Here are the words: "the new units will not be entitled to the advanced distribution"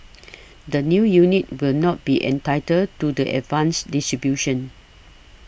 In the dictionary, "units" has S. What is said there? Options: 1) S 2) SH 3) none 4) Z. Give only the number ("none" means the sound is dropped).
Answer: 3